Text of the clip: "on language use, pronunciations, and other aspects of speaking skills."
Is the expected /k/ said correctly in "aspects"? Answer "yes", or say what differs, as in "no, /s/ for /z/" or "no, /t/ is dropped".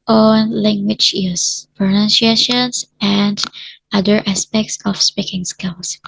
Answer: yes